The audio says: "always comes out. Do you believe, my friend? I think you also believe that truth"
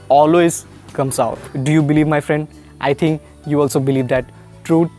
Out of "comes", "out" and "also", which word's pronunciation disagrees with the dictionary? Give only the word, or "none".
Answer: comes